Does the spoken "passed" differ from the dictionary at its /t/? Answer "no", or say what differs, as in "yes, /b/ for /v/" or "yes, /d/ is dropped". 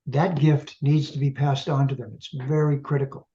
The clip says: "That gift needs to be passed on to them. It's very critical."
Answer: no